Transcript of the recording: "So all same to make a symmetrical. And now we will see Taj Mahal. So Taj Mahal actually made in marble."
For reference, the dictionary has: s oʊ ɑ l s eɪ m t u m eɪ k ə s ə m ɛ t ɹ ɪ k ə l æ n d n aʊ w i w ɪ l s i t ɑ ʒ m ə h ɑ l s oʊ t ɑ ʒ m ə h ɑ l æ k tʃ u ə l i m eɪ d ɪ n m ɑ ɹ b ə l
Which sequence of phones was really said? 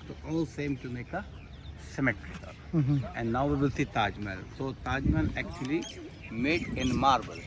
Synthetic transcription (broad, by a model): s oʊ ɑ l s eɪ m t u m eɪ k ə s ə m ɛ t ɹ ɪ ə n d n aʊ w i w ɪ l s i t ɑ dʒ m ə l s oʊ t ɑ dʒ m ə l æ k tʃ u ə l i m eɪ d ɪ n m ɑ ɹ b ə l